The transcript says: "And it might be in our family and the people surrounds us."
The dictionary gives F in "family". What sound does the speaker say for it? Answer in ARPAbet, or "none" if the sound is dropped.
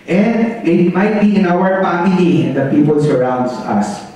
P